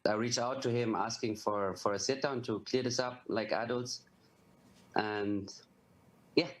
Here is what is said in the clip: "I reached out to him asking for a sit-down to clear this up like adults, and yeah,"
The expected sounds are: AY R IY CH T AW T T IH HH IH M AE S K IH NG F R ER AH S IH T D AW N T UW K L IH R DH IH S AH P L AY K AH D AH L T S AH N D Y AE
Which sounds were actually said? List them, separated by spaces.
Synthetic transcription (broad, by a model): AY R IY CH AW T T IH HH IH M AE S K IH NG F R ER AH S IH T D AW N T UW K L IH R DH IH S AH P L AY K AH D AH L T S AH N Y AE